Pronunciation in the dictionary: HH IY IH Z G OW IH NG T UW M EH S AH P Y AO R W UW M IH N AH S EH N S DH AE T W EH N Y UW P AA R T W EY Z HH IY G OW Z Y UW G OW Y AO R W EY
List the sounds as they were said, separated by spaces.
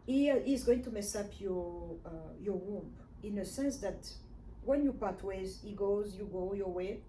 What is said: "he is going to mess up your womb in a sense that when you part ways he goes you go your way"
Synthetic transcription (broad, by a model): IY IH Z G OW IH NG T UW M EH S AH P Y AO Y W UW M IH N AH S EH N S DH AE T W EH N Y UW P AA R T W EY Z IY G OW Z Y UW G OW Y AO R W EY